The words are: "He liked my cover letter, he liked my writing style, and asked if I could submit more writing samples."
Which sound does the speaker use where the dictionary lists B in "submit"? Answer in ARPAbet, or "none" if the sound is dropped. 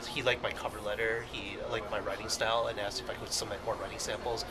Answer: none